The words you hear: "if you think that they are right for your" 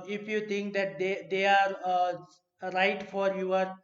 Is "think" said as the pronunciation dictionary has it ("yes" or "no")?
no